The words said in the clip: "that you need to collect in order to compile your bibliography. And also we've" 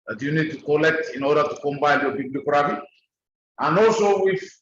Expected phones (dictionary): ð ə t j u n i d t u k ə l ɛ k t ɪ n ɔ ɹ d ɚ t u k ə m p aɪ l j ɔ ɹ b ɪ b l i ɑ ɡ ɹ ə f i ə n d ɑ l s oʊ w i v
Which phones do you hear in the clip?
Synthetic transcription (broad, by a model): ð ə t j u n i d t u k ə l ɛ k t ɪ n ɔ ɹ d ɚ t u k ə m b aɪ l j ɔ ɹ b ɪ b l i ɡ ɹ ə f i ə n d ɑ l s oʊ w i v